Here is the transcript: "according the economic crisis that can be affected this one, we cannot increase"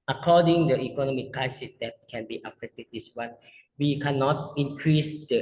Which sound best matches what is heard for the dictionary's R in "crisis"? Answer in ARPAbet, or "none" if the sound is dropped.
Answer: none